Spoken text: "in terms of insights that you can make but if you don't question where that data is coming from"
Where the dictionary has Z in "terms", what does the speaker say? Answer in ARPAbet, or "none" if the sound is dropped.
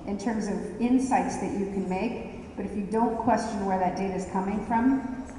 Z